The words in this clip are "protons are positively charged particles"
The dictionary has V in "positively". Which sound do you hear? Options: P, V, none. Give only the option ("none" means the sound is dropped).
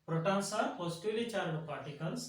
none